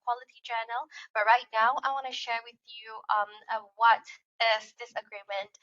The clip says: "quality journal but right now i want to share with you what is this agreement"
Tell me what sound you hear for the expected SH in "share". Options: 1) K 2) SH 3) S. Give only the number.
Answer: 2